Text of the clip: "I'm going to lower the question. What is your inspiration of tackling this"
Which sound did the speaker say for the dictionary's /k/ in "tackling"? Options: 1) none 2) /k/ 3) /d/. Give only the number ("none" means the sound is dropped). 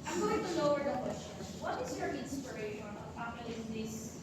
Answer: 1